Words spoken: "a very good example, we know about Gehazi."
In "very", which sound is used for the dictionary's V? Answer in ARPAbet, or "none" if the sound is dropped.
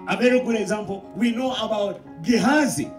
B